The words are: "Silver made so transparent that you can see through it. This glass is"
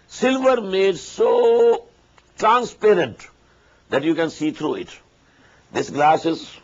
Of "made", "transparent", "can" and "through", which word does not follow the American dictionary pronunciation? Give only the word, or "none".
through